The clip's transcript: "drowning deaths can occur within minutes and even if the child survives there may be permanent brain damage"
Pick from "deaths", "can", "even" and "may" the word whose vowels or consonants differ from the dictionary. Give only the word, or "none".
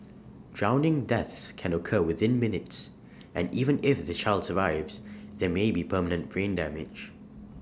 none